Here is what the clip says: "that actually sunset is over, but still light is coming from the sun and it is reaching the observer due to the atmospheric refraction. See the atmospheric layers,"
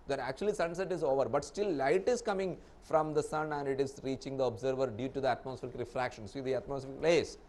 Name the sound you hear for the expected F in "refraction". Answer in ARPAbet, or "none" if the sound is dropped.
F